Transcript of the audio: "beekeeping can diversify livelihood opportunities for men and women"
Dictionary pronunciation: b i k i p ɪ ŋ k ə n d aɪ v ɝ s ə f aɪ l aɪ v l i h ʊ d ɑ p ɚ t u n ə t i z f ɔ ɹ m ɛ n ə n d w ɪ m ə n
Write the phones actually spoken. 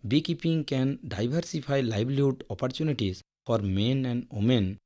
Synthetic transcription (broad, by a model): b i k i p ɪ ŋ k ə n d aɪ b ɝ s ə p aɪ l aɪ b l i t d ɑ p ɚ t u n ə t i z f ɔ ɹ m ɛ n ə n d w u m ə n